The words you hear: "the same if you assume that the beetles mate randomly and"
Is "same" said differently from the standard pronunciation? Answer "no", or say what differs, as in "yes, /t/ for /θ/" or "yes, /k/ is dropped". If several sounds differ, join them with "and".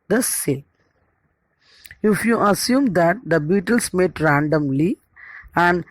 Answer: yes, /m/ is dropped